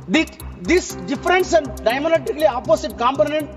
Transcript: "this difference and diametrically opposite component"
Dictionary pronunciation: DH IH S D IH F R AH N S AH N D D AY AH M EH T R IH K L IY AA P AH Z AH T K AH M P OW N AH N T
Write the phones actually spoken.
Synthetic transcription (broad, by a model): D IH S D IH F R AH N S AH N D D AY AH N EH T IH K L IY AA P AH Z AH T K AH M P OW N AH N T